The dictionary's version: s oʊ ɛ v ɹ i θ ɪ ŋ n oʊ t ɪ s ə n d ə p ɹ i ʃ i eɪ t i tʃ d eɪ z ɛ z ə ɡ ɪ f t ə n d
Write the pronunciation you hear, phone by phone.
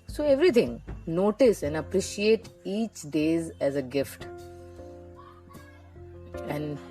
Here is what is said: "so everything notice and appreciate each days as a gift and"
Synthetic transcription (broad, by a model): s oʊ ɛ v ɹ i t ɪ ŋ n oʊ t ɪ s ə n d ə p ɹ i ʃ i eɪ t i tʃ d eɪ z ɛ z ə ɡ ɪ f t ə n d